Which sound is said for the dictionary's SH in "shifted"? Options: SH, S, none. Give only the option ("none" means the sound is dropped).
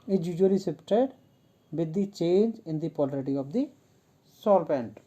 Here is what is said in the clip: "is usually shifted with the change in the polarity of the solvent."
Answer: S